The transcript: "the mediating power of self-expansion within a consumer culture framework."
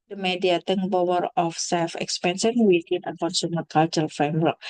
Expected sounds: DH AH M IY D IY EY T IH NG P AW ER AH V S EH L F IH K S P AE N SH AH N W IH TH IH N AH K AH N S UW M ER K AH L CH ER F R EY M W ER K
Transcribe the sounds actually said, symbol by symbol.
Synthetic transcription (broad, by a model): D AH M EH D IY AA T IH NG B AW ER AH F S EH L F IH K S P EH N S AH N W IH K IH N AH K AH N S UW M ER K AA L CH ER F R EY M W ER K